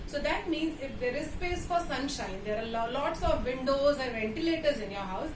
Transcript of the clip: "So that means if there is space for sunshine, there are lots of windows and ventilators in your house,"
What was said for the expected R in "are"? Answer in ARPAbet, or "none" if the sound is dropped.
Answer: L